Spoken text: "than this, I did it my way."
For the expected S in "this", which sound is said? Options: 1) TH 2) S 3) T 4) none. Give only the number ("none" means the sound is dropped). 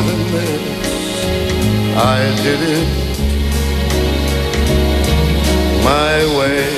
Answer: 4